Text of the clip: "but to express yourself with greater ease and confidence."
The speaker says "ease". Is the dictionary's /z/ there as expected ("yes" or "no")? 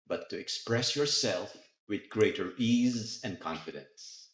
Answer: yes